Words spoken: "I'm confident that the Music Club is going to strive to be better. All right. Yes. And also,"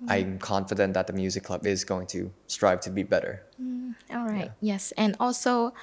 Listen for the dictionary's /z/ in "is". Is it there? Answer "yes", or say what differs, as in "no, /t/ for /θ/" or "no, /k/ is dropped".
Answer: yes